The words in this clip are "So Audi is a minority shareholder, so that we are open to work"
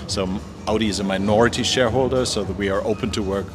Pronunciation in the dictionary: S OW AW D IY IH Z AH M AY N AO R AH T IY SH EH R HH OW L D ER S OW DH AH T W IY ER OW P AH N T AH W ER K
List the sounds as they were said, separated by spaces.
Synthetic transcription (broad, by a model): S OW AW D IY IH Z AH M AY N AO R AH T IY SH EH R HH OW L D ER S OW DH AH T W IY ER OW P AH N T AH W ER K